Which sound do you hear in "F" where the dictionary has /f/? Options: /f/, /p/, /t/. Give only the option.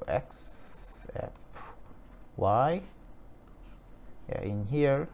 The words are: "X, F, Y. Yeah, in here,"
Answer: /p/